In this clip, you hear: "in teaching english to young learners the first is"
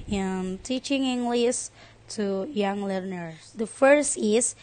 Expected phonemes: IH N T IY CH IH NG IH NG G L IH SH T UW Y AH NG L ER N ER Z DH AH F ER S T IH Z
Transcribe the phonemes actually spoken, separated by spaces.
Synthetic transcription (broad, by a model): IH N T IY CH IH NG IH NG G L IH S T UW Y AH NG L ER N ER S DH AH F ER S T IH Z